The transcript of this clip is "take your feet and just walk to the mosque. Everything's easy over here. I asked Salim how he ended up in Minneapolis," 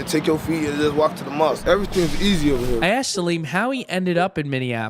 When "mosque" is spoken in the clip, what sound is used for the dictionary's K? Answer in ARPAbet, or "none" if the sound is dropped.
none